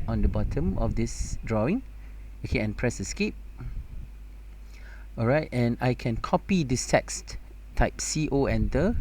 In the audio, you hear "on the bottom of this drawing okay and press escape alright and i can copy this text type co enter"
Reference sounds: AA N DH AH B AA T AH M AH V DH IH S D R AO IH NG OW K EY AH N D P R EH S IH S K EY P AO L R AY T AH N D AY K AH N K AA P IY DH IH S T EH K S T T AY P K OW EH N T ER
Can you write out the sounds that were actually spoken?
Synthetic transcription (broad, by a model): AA N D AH B AA T AH M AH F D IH S D R AO IH NG OW K EY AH N P R EH S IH S K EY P AO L R AY T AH N AY K AH N K AA P IY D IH S T EH K S T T AY P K OW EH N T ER